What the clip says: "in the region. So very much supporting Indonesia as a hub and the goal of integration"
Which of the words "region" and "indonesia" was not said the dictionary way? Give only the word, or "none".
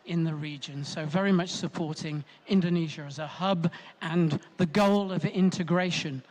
none